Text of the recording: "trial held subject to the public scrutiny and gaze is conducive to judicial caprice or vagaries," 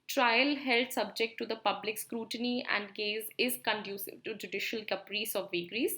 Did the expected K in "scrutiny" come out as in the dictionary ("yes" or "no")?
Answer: yes